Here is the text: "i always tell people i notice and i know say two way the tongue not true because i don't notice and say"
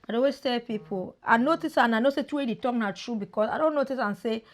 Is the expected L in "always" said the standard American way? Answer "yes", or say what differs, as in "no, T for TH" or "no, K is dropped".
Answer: no, L is dropped